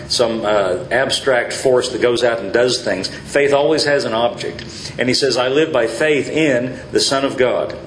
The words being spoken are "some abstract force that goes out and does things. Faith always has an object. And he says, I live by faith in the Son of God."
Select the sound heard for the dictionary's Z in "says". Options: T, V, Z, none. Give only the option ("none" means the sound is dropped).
Z